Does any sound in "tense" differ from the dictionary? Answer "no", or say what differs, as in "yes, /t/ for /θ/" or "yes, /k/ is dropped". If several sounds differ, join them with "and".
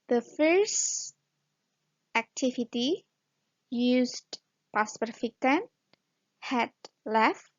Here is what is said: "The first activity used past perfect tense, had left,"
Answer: yes, /s/ is dropped